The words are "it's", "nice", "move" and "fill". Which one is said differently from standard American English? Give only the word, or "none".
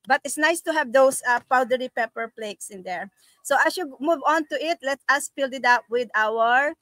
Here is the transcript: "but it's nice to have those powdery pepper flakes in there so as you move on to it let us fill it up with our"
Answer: fill